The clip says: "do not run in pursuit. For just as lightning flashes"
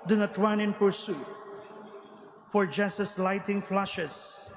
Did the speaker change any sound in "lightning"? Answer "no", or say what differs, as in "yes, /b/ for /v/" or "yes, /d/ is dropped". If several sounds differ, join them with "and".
yes, /n/ is dropped